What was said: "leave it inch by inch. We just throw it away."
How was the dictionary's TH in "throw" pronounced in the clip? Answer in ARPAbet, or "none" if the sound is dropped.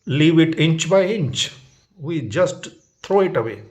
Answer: T